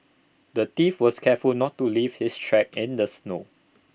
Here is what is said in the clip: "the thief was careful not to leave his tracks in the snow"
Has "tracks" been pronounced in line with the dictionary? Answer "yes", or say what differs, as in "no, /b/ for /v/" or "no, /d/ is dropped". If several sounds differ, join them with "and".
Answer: no, /s/ is dropped